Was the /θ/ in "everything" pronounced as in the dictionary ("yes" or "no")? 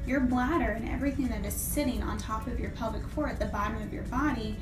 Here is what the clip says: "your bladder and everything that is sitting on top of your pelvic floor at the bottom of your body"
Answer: yes